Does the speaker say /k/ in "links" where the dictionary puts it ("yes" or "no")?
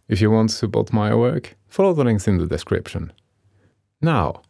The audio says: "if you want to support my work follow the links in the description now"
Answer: no